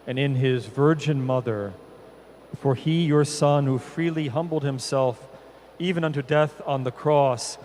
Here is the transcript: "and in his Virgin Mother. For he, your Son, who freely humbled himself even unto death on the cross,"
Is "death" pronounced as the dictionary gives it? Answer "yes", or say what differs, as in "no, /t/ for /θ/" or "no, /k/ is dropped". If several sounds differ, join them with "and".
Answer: yes